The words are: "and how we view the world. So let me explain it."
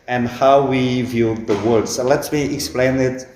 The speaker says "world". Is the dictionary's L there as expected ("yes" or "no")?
no